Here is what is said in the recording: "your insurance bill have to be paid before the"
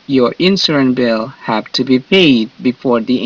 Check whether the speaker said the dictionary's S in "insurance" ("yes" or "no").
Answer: no